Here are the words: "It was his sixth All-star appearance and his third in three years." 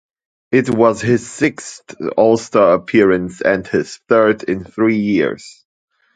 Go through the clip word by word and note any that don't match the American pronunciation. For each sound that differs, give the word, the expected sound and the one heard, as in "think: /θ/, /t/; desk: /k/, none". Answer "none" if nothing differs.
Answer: sixth: /θ/, /t/